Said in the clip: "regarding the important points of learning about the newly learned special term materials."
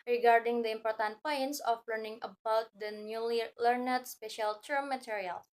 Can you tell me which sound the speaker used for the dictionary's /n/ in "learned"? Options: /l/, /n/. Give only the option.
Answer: /n/